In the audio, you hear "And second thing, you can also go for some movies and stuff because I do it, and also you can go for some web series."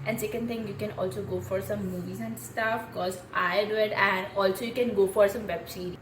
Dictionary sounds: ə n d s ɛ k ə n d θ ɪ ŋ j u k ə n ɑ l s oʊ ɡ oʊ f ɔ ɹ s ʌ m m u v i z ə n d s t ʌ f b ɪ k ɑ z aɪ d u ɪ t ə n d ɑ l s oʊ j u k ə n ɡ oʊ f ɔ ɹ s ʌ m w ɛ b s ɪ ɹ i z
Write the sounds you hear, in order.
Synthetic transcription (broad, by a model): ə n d s ɛ k ə n d t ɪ ŋ j u k ə n ɑ l s oʊ ɡ oʊ f ɔ ɹ s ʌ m m u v i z ə n d s t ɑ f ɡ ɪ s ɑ ɪ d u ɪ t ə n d ɑ l s oʊ j u k ə n ɡ oʊ f ɔ ɹ s ʌ m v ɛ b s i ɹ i